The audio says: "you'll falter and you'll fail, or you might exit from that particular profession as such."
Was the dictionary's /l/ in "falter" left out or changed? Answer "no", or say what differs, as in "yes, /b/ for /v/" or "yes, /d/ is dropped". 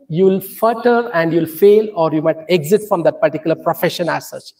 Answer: yes, /l/ is dropped